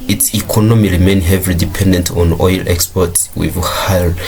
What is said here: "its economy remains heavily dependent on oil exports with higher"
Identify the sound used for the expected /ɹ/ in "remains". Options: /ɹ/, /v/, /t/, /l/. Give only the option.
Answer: /l/